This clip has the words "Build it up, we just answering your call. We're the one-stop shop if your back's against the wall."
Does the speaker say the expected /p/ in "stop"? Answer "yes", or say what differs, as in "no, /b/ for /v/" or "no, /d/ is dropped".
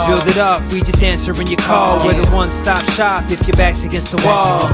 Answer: yes